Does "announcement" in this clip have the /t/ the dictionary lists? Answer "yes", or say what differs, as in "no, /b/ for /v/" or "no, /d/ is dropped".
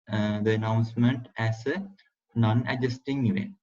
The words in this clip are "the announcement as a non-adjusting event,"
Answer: yes